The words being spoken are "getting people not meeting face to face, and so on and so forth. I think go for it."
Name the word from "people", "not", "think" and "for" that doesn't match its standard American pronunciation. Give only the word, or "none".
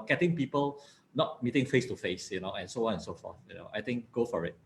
think